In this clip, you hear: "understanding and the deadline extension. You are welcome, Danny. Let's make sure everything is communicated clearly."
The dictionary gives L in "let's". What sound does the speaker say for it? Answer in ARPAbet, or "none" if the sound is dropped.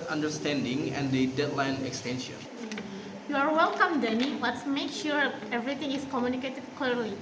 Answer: W